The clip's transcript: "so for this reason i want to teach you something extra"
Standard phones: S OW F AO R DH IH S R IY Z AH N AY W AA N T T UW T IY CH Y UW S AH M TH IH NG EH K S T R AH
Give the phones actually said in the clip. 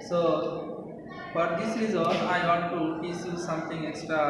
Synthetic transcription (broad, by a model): S OW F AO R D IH S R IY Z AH L AY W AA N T T UW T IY S Y UW S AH M T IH NG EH K S T R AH